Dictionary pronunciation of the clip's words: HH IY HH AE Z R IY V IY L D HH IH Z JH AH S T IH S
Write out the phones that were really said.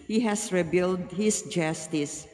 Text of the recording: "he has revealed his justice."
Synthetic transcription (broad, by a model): HH IY HH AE S R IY B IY L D HH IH S JH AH S T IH S